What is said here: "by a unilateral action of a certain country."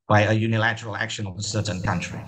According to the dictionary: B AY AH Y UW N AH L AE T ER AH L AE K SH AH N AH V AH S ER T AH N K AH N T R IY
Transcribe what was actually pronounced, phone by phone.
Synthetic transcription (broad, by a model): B AY AH Y UW N AH L AE T ER AH L AE K SH AH N AH V AH S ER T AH N K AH N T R IY